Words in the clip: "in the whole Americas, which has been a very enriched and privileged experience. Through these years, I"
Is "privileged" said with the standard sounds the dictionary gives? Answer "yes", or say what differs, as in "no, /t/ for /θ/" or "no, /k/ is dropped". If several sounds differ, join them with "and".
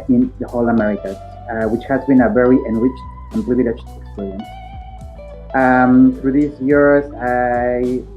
no, /l/ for /ɹ/